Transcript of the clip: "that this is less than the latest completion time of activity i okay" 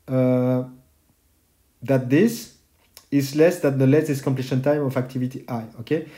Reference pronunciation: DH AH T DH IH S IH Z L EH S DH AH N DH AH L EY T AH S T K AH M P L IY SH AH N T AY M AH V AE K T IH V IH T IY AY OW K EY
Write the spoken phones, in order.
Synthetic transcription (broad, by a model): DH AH T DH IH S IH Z L EH S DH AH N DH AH L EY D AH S K AH M P L IY SH AH N T AY M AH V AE K T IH V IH T IY AY OW K EY